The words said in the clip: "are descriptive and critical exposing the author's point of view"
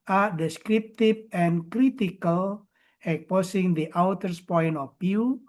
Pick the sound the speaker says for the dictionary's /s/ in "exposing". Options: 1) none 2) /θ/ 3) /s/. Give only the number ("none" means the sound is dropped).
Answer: 1